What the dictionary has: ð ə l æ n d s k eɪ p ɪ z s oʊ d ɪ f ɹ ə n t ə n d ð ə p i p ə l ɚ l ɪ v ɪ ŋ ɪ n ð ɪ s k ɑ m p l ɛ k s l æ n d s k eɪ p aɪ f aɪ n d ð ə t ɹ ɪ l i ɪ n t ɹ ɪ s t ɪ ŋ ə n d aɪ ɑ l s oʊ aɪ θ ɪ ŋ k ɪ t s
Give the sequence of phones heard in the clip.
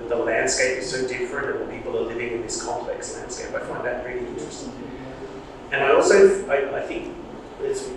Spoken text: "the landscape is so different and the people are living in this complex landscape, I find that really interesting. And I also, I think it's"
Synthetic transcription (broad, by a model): ð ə l æ n d s k eɪ p ɪ z s oʊ d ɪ f ɹ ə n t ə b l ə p i p l ɚ l ɪ v ɪ ŋ ɪ n ð ɪ s k ɑ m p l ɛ k s l æ n d s k eɪ p aɪ f aɪ n ð ə t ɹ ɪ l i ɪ n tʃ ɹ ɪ s t ɪ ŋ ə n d aɪ ɑ l s oʊ aɪ θ ɪ ŋ k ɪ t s